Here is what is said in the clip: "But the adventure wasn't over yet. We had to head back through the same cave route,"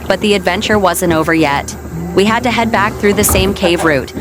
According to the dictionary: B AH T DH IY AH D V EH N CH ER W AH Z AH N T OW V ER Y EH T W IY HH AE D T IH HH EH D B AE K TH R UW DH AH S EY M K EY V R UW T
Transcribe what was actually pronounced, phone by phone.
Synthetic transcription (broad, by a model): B AH T DH IY AH D V EH N CH ER W AH Z AH N T OW V ER Y EH T W IY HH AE D T IH HH EH D B AE K TH R UW DH AH S EY M K EY V R UW T